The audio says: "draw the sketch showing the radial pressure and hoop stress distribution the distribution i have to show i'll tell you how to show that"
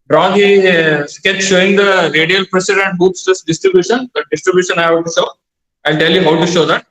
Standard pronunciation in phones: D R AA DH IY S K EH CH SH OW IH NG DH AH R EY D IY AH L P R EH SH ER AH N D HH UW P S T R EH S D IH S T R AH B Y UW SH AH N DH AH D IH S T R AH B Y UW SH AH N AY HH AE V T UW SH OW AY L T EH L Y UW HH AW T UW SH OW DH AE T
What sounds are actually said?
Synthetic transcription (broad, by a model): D R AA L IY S K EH S SH OW IH NG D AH R EY D IY AH L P R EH S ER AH N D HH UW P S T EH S D IH S T R AH B Y UW SH AH N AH D IH S T R AH B Y UW SH AH N AY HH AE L T UW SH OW AY L T EH L Y UW HH AW T UW SH OW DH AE T